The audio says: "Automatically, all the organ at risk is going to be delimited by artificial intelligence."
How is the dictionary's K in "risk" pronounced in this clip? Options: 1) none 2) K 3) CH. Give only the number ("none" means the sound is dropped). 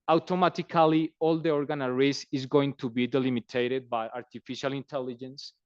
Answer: 1